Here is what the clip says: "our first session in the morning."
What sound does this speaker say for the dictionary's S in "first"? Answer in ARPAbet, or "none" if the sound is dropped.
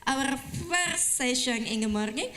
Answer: none